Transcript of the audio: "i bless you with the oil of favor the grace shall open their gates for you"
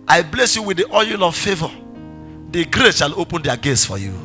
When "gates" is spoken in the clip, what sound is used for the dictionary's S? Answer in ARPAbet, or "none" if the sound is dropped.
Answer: S